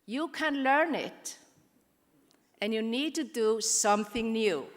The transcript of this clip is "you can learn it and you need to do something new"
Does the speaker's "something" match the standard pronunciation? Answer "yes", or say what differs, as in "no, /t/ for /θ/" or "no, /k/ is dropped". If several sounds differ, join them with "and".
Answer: yes